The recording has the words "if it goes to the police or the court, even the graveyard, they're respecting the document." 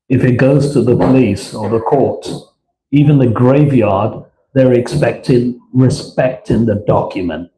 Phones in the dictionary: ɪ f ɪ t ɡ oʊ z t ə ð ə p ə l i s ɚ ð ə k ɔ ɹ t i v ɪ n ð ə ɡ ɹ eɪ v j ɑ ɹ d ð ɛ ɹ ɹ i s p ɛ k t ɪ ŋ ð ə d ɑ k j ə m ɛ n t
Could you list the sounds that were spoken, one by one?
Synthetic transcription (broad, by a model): ɪ f ɪ t ɡ oʊ z t ə ð ə p ə l i s ɚ ð ə k ɔ ɹ t i v ɪ n ð ə ɡ ɹ eɪ v j ɑ ɹ d ð ɛ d ɹ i s p ɛ k t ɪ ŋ ð ə d ɑ k j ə m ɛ n t